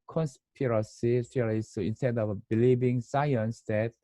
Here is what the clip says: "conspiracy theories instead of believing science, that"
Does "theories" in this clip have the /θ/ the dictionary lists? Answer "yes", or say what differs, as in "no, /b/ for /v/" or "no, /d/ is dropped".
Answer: no, /f/ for /θ/